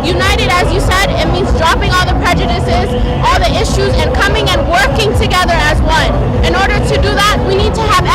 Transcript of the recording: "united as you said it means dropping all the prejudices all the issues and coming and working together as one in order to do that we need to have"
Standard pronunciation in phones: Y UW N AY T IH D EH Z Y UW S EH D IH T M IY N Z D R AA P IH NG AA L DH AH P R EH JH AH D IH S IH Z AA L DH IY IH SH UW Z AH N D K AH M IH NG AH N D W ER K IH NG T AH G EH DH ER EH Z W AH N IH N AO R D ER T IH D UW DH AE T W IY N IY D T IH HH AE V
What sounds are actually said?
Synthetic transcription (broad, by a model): Y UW N AY T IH D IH Z Y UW S EH D IH T M IY N Z D R AA P IH NG AA L DH AH P R EH JH AH D IH S IH Z AA L DH IY IH SH UW Z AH N K AH M IH NG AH N W ER K IH NG T AH G EH DH ER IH Z W AH N IH N AO R D ER T IH D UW DH AE T W IY N IY D T IH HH V